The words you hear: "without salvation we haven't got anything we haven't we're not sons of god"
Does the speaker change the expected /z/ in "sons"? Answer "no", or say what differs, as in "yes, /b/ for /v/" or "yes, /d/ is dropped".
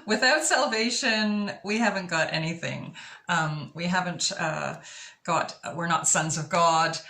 no